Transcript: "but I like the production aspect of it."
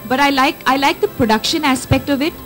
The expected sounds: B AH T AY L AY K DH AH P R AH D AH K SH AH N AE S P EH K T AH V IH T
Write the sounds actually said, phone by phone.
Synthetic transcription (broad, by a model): B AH T AY L AY K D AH P R AH D AH K SH AH N AE S P EH K T AH V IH T